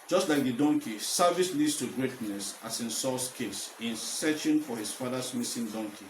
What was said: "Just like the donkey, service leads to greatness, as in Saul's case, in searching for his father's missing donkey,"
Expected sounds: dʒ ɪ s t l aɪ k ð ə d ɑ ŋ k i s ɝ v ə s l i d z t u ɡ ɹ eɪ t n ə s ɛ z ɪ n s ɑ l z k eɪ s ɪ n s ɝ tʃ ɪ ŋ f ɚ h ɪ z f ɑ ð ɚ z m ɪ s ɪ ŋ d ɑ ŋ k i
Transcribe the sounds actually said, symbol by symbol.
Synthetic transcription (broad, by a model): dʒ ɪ s t l aɪ k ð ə d ɑ ŋ k i s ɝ v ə s l i d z t u ɡ ɹ eɪ t n ə s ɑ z ɪ n s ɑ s k eɪ s ɪ n s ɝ tʃ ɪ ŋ f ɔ h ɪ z f ɑ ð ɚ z m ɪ s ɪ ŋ d ɑ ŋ k i